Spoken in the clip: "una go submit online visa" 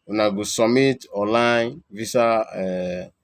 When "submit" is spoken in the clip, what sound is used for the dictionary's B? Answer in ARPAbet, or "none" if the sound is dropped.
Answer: none